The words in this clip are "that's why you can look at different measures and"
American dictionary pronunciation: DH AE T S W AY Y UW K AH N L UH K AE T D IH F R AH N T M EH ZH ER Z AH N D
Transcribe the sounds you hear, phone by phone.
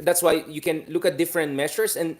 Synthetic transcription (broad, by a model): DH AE T S W AY Y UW K AH N L UH K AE T D IH F R AH N T M EH SH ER S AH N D